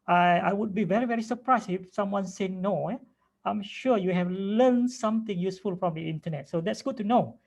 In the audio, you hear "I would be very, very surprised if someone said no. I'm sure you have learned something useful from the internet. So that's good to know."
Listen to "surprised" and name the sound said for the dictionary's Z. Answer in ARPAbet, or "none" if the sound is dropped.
S